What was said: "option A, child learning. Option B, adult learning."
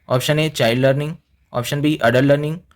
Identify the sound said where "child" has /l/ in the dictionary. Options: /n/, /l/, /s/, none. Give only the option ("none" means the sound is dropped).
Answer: none